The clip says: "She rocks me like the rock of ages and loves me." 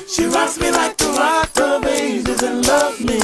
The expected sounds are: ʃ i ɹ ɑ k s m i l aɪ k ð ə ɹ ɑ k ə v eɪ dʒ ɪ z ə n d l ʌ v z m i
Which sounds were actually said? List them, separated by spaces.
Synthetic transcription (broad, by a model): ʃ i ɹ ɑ s m i l aɪ k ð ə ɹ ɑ ə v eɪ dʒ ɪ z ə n l ʌ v m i